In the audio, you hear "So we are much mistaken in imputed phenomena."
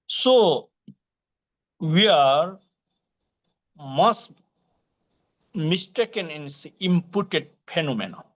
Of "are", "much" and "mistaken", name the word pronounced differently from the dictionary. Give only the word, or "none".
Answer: much